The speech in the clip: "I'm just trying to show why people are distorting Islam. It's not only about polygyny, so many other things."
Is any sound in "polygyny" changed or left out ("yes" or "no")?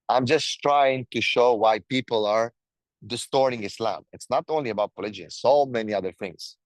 yes